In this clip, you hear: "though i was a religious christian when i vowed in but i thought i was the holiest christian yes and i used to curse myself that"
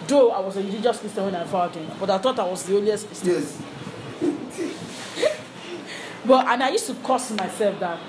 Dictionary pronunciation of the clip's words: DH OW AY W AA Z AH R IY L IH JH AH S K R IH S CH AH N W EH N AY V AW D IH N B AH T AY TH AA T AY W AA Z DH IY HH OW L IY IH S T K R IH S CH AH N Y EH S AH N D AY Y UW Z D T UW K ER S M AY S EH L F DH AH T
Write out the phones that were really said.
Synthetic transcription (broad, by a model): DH OW AY W AA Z AH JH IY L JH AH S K IH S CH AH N W EH N AY F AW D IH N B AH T AY TH AA T AY W AA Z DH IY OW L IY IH S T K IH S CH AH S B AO AH N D AY Y UW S T UW K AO S M AY S EH L F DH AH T